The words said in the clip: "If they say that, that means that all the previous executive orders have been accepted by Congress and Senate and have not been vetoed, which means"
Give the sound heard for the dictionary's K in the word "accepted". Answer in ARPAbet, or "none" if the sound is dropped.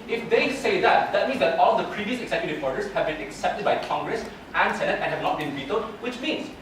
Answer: K